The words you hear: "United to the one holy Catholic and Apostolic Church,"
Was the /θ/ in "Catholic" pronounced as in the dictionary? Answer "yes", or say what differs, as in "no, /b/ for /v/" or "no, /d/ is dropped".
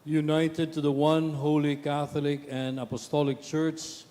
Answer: yes